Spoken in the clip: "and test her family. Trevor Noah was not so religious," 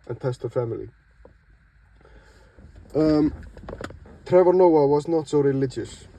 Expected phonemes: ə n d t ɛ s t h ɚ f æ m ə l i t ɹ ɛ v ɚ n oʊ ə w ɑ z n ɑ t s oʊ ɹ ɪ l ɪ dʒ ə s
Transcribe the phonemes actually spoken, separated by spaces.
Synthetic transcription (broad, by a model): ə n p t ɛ s t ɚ f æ m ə l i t ɹ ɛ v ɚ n oʊ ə w ɑ z n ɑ t s oʊ ɹ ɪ l ɪ dʒ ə s